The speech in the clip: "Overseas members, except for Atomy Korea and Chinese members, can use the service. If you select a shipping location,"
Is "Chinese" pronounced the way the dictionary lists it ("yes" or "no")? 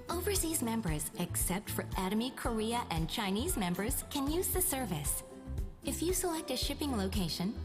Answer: yes